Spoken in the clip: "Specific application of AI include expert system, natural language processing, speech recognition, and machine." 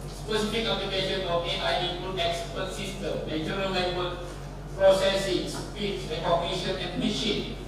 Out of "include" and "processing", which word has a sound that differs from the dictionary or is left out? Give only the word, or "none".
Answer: include